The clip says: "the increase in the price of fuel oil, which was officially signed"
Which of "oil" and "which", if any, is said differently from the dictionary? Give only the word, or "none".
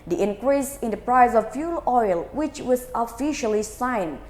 none